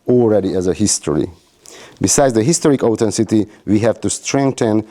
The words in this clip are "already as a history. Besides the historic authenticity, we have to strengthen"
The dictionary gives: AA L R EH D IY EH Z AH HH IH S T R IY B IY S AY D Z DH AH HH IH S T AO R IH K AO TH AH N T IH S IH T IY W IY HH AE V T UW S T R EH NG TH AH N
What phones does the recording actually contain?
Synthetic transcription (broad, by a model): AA L R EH D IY EH Z AH HH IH S T R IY B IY S AY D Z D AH HH IH S T AO R IH K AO T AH N S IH T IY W IY HH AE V T UW S T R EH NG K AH N